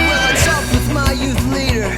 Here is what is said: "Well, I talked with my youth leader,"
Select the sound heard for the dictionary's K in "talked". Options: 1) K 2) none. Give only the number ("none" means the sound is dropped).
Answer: 2